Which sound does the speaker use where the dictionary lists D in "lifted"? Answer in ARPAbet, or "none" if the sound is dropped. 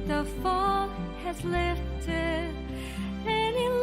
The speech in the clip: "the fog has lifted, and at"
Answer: none